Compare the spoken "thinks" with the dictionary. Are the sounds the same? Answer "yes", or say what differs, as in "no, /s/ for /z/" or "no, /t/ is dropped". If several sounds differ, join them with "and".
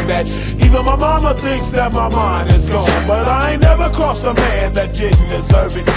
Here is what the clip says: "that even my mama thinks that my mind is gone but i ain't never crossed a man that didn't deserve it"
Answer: yes